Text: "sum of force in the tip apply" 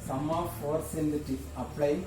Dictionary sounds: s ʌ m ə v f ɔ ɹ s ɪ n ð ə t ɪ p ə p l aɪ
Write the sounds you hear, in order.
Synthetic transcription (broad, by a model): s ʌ m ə f ɔ ɹ s ɪ n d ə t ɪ ə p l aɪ